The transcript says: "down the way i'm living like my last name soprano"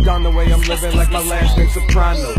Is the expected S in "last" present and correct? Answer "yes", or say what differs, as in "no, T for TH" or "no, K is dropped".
no, S is dropped